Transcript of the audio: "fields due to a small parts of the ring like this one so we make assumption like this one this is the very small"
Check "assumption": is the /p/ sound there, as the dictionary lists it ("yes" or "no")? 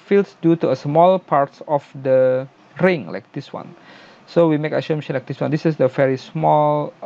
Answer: no